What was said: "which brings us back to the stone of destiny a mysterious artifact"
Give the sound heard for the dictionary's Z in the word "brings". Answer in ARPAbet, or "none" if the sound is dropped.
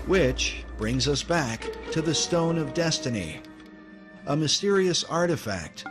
Z